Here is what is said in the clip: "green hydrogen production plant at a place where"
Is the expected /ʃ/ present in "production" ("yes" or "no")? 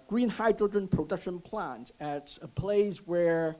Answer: yes